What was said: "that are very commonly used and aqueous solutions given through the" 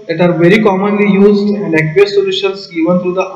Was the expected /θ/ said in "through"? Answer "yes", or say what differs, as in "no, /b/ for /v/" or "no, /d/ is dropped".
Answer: no, /t/ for /θ/